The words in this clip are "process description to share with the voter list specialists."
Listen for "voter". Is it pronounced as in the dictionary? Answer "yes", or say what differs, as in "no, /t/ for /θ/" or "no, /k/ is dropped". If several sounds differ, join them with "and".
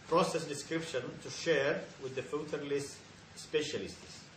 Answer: no, /f/ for /v/